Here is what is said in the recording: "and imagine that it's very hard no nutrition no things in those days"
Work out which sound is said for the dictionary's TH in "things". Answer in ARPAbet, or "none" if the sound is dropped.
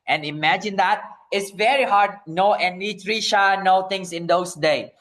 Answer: T